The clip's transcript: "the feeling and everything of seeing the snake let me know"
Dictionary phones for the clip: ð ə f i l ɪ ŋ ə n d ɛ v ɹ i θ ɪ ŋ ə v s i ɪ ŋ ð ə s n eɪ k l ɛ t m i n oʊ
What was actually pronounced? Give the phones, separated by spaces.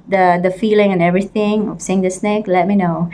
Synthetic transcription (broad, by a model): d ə f i l ɪ ŋ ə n ɛ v ɹ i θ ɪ ŋ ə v s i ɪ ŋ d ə s n eɪ k l ɛ t m i n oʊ